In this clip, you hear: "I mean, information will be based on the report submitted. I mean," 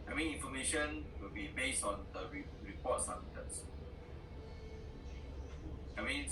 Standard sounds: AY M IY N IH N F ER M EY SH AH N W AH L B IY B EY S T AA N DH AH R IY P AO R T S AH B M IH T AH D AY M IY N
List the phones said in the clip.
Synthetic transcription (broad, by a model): AY M IY N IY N F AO M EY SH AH N W AH L B IY B EY S T AA N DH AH R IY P AO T S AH M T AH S AY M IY N